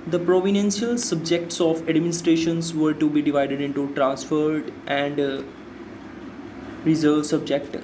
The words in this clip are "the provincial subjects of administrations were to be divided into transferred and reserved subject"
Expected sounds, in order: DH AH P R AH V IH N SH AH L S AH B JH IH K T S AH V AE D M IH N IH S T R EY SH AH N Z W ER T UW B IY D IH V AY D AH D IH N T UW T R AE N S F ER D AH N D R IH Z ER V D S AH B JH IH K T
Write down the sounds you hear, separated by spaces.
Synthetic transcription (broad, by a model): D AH P R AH V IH N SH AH L S AH B JH IH K T S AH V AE D M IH N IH S T R EY SH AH N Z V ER T UW B IY D IH V AY D AH D IH N T UW T R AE N S F ER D AH N D R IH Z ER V S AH B JH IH K T